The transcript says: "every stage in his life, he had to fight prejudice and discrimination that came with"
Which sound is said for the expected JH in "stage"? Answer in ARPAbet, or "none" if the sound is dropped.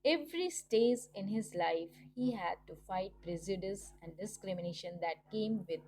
Z